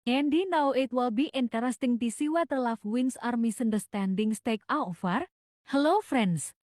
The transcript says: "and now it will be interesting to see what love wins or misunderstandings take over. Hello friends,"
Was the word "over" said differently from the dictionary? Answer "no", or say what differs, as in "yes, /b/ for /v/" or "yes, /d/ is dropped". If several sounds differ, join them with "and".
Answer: yes, /f/ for /v/